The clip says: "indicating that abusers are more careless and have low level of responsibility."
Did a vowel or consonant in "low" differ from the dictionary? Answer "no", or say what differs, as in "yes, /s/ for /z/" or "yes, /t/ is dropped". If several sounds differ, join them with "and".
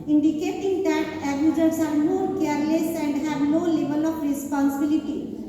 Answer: yes, /n/ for /l/